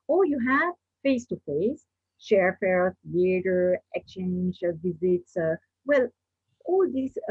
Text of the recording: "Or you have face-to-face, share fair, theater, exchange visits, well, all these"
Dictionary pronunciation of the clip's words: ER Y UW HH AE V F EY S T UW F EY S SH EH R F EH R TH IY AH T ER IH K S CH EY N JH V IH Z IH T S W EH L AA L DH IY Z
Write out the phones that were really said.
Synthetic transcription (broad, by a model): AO Y UW HH AE V F EY S T UW F EY S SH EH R F EH R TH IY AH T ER IH K S CH EY N JH V IH Z IH T S W EH L AA L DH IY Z